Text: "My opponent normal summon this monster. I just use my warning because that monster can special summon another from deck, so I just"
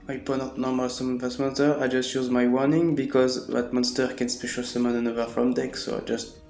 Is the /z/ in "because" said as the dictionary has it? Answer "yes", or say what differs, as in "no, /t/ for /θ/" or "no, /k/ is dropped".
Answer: yes